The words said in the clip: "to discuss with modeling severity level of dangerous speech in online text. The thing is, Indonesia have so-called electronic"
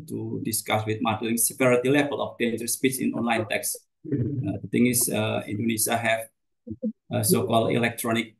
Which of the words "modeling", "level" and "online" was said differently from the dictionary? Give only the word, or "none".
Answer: none